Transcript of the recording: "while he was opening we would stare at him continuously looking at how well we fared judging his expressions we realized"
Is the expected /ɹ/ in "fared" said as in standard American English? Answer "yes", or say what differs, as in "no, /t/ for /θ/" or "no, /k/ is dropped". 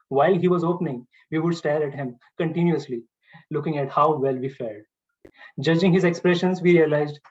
no, /l/ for /ɹ/